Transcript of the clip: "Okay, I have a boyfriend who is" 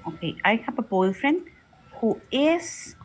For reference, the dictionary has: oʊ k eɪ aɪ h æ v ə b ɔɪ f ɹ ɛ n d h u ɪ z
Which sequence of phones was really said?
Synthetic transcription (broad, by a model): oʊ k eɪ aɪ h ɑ p ə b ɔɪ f ɹ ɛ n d h u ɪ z